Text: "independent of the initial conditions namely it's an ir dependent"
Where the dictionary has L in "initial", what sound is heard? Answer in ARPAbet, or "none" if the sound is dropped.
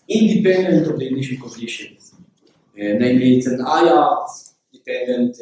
N